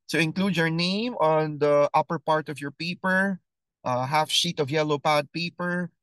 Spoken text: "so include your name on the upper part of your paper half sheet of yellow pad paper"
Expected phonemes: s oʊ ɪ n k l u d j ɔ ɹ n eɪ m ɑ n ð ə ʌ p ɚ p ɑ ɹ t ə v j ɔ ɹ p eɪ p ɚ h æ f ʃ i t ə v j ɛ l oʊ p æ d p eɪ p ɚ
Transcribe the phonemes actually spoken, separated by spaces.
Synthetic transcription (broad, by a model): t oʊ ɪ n k l u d j ɔ ɹ n eɪ m ɑ n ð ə ʌ p ɚ p ɑ ɹ t ə v j ɔ ɹ p eɪ p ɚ h æ f ʃ i t ə v j ɛ l oʊ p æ d p eɪ p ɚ